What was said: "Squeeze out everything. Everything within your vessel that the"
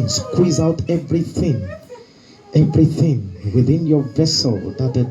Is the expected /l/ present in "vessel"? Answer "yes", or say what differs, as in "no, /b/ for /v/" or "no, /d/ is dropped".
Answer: yes